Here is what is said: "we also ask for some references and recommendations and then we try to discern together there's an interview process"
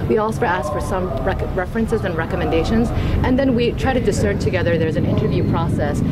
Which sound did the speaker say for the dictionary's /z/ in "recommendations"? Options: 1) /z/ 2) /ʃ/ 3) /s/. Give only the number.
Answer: 1